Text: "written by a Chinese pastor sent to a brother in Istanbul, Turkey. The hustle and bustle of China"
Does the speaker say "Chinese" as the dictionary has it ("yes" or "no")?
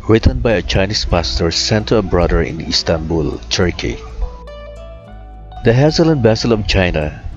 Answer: no